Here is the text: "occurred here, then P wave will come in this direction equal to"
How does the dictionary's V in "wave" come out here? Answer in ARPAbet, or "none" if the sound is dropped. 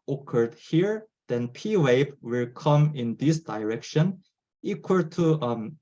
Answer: B